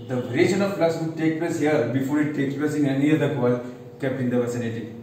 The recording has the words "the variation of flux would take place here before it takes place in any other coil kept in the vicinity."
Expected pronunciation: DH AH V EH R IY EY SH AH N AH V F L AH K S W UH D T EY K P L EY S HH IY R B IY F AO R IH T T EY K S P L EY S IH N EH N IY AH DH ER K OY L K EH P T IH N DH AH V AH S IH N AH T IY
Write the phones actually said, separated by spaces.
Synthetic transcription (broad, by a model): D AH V R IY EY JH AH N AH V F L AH S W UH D T EY K P L EY S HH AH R B IY F AO R IH T T EY K S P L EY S IH N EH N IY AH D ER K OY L K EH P IH N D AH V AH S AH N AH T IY